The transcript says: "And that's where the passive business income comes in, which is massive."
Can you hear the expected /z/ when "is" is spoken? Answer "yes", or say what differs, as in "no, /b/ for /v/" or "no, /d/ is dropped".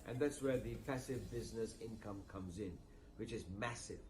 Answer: yes